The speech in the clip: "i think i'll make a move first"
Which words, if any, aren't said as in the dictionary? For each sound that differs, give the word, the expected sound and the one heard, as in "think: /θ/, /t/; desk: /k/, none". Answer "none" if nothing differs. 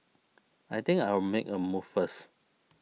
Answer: think: /θ/, /t/; i'll: /l/, /w/